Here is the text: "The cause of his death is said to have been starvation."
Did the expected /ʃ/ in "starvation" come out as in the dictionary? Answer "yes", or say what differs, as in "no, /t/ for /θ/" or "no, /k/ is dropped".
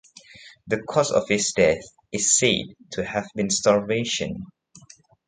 yes